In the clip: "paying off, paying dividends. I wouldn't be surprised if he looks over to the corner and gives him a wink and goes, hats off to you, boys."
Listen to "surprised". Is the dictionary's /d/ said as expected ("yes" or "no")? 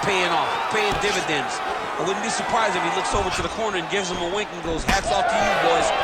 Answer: no